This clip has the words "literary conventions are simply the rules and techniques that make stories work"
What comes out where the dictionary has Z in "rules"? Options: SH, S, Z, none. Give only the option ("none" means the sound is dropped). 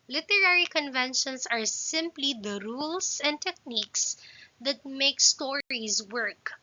S